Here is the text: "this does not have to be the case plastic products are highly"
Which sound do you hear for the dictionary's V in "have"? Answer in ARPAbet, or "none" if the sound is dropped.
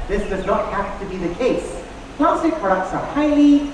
P